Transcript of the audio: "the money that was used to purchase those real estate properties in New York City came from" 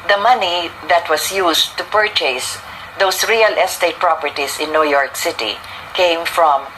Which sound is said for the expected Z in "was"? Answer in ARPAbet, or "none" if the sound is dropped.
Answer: S